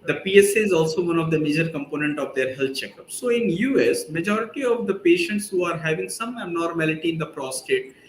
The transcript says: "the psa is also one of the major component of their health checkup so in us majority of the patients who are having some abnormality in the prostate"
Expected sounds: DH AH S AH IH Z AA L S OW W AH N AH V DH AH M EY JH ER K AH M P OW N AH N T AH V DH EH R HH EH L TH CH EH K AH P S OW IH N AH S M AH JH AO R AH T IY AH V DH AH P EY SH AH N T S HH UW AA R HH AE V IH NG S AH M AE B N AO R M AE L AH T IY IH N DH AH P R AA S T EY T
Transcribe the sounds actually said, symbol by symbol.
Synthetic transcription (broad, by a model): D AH S AH IH Z AA L S OW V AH N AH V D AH M EY JH ER K AH M P OW N AH N T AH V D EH R HH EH L T CH EH K AH P S OW IH N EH S M AH JH AO R AH T IY AH V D AH P EY SH AH N T S HH UW AA R HH AE V IH NG S AH M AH N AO R M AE L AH T IY IH N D AH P R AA S T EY T